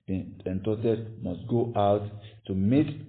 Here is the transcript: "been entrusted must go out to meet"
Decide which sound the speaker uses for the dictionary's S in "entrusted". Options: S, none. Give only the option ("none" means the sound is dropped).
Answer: none